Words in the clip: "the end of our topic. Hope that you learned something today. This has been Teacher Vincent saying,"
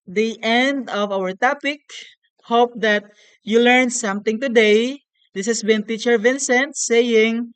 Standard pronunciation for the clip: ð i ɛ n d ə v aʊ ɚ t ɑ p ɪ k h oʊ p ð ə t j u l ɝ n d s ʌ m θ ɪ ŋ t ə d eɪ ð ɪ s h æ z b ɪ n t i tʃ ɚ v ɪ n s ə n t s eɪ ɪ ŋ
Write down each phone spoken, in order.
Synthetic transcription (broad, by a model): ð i ɛ n d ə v aʊ ɚ t ɑ p ɪ k h oʊ p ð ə t j u l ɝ n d s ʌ m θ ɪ ŋ t ə d eɪ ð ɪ s h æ s b ɪ n t i tʃ ɚ v ɪ n s ə n t s eɪ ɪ ŋ